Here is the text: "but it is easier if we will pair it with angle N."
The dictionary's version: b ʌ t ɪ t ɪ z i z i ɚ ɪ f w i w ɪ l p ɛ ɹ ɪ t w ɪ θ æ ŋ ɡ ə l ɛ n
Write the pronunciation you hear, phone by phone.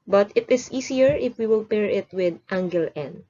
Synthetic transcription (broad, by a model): b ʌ t ɪ t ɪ s i s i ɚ ɪ f w i w ɪ l p ɛ ɹ ɪ t w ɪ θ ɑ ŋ ɡ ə l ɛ n